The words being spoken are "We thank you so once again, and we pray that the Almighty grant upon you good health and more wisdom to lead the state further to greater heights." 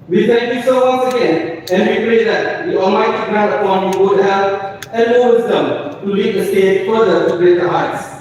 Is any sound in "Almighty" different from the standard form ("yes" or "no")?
yes